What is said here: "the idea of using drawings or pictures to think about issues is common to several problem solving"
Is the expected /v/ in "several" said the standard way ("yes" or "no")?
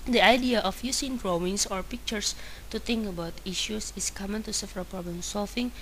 no